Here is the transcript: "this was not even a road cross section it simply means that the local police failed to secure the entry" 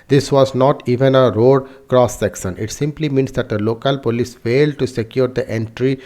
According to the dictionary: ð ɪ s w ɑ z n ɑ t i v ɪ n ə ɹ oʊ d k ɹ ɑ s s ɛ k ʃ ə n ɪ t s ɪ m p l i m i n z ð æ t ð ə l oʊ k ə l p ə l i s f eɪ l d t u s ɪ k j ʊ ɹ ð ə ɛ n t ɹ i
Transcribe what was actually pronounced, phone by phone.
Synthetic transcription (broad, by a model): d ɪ s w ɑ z n ɑ t i v ɪ n ə ɹ oʊ d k ɹ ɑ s s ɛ k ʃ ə n ɪ t s ɪ m p l i m i n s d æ t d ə l oʊ k ə l p ə l i s f eɪ l d t u s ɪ k j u ɹ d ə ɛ n t ɹ i